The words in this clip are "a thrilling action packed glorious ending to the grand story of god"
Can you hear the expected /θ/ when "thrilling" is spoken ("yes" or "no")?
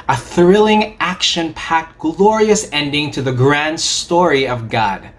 yes